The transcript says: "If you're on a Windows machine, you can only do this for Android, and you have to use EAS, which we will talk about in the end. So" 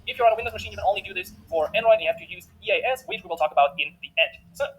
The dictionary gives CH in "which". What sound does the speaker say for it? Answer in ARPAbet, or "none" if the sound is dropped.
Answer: S